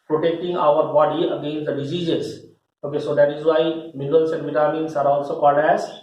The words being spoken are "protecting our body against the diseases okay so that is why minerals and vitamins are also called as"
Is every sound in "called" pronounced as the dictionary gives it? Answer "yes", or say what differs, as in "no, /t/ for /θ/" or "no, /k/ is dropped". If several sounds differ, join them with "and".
no, /l/ is dropped